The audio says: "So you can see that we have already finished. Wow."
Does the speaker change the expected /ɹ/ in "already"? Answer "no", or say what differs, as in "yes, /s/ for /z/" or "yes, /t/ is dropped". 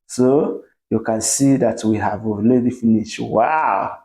yes, /l/ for /ɹ/